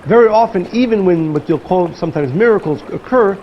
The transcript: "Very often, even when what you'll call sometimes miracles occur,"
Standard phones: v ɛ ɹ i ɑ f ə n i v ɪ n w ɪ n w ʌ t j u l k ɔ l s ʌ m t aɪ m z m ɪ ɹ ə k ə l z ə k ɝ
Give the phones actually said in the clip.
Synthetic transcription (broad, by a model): v ɛ ɹ i ɑ f ə n i v ɪ n w ɪ n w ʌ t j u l k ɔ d s ʌ m t aɪ m z m ɪ ɹ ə k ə l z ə k ɝ